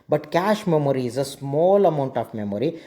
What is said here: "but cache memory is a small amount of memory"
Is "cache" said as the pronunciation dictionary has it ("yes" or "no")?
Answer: yes